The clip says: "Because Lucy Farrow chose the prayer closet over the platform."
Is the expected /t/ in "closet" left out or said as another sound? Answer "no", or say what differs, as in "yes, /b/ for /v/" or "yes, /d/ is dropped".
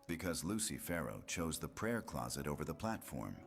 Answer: no